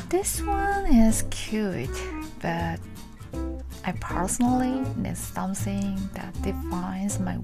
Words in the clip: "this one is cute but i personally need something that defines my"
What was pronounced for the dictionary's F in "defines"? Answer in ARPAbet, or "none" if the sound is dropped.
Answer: F